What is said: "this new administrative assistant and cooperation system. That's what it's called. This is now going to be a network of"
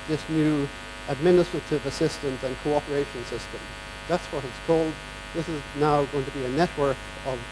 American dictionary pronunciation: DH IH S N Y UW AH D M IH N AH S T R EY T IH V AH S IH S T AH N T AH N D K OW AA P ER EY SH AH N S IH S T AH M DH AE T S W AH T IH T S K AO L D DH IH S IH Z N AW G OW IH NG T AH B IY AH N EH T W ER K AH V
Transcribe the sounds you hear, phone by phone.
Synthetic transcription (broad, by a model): DH IH S N Y UW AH D M IH N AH S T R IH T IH V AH S IH S T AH N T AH N K OW AA P ER EY SH AH N S IH S T AH M DH AE T S W AH T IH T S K AO L D DH IH S IH Z N AW G OW IH NG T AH B IY AH N EH T W ER K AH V